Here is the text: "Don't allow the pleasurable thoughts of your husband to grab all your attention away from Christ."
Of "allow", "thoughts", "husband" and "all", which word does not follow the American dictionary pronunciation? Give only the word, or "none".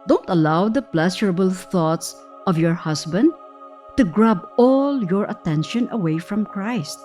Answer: husband